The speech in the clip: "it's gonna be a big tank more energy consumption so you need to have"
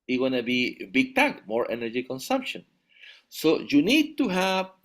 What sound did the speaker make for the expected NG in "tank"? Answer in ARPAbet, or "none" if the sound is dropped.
none